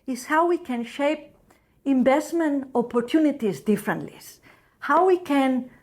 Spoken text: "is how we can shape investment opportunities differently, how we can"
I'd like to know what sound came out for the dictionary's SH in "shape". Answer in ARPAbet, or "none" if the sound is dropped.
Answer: SH